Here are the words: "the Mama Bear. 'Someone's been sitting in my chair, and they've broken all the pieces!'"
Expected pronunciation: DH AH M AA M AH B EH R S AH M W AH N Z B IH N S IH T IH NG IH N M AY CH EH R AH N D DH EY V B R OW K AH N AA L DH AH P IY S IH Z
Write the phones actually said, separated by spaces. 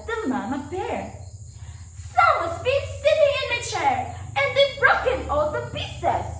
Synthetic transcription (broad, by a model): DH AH M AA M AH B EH R S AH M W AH Z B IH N S IH T IH NG IH N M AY CH EH R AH N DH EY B R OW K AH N AA L DH AH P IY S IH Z